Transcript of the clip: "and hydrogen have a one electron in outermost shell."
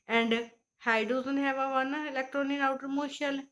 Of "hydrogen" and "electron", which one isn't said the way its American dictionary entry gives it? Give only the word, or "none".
hydrogen